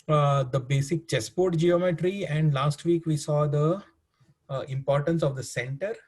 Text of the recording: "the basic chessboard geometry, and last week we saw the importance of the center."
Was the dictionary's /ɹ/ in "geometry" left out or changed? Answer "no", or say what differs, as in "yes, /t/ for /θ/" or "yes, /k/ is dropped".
no